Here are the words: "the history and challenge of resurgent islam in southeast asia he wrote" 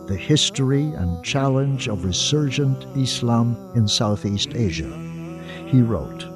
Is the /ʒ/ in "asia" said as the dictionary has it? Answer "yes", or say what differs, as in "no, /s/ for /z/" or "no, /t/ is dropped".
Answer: yes